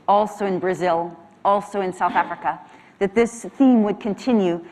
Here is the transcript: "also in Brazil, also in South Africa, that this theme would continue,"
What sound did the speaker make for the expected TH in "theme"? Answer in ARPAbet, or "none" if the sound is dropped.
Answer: TH